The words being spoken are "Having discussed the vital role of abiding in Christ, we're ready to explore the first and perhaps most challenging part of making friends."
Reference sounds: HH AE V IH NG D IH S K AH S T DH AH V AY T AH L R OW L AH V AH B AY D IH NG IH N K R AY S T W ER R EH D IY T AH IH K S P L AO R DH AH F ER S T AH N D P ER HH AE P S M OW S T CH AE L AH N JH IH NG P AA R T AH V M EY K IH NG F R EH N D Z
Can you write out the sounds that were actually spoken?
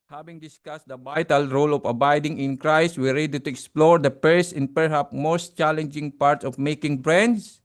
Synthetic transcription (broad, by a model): HH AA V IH NG D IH S K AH S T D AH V AY T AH L R OW L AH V AH B AY D IH NG IH N K R AY S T W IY R EH D IY T AH IH K S P L AO R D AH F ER S T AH N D P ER HH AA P M OW S T CH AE L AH N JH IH NG P AA R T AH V M EY K IH NG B R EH N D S